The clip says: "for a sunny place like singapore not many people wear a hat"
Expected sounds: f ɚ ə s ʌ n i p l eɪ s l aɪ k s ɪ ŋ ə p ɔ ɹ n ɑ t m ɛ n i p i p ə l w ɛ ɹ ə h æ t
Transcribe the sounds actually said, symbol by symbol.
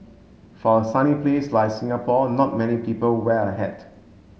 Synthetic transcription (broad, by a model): f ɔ ə s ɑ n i p l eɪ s l aɪ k s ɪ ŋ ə p ɔ n ɑ t m ɛ n i p i p ə l w ɛ l ə h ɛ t